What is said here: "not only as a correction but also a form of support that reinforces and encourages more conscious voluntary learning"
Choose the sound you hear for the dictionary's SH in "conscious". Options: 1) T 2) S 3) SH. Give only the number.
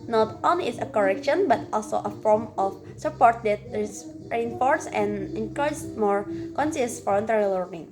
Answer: 2